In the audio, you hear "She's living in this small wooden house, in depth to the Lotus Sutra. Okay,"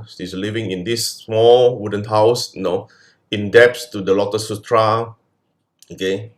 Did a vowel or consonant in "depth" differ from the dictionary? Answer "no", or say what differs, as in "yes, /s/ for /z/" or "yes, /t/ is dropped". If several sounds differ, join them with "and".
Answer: yes, /s/ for /θ/